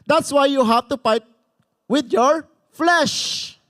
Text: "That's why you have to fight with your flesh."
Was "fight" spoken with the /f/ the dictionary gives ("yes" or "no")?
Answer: no